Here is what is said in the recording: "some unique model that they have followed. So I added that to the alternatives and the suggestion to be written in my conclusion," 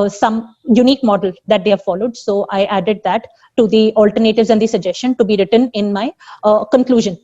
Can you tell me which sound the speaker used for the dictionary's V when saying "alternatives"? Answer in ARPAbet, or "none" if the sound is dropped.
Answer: V